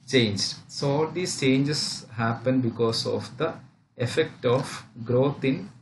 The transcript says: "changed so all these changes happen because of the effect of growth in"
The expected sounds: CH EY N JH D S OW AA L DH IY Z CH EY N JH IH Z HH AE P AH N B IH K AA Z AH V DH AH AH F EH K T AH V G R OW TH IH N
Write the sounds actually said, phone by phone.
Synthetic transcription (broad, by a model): CH EY N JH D S OW AA L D IY S CH EY N JH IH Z HH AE P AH N B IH K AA S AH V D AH AH F EH K T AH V G R OW T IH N